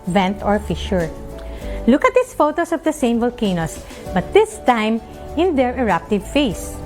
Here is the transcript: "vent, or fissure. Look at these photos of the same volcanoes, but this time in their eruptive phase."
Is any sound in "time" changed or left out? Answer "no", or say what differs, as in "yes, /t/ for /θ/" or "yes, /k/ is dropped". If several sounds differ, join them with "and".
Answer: no